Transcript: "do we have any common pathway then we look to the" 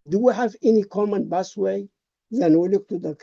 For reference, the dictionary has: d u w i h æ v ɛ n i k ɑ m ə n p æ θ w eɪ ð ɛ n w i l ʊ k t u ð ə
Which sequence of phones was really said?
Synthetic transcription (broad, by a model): d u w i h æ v ɛ n i k ɑ m ə n b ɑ s w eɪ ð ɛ n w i l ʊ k t u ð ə